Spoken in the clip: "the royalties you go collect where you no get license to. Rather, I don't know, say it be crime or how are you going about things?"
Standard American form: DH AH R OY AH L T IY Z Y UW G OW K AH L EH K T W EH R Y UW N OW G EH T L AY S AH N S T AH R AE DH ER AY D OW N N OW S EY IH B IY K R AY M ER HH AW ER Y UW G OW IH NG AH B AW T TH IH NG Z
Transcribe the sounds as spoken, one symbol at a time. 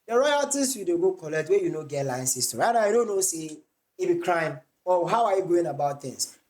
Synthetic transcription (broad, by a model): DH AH R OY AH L T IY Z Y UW G OW K AH L EH K T W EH Y UW N OW G EH T L AY S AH S T AH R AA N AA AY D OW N N OW S EY IH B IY K R AY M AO HH AW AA Y UW G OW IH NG AH B AW T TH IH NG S